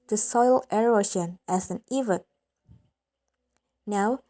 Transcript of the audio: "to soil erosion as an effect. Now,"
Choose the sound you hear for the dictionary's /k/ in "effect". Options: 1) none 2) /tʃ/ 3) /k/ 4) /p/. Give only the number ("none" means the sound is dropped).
1